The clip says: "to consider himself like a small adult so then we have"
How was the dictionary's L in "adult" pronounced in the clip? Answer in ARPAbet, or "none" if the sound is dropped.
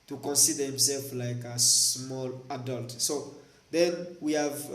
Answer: L